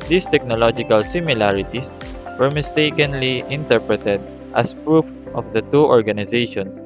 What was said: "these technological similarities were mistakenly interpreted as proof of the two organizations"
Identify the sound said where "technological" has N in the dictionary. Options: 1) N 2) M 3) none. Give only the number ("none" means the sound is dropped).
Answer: 1